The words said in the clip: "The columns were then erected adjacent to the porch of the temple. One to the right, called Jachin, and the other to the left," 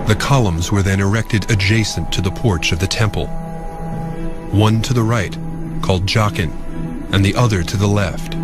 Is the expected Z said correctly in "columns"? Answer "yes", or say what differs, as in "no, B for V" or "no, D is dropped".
yes